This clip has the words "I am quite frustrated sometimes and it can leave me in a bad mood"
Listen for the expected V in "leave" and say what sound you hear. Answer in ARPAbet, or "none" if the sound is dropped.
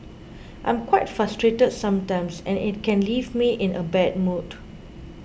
V